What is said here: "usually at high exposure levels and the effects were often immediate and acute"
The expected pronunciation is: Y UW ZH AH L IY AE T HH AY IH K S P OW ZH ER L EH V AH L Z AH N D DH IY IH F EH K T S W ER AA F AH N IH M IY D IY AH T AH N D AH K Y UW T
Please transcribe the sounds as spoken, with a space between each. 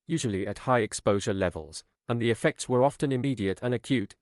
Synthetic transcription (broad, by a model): Y UW ZH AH L IY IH T HH AY IH K S P OW ZH ER L EH V AH L Z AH N DH IY IH F EH K T S W ER AA F AH N IH M IY D IY AH T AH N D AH K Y UW T